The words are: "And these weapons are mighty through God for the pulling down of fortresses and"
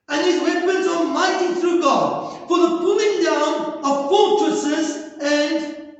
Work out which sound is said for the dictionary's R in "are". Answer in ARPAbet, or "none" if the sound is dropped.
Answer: L